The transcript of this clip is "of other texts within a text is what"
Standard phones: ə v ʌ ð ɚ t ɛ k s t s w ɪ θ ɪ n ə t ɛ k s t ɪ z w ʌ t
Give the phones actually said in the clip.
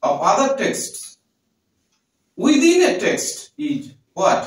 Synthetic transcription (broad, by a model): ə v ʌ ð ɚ t ɛ k s t s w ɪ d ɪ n ə t ɛ k s t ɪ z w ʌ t